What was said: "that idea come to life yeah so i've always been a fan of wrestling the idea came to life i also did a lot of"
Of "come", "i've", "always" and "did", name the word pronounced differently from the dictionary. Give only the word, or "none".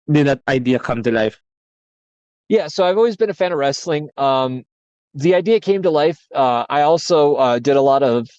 none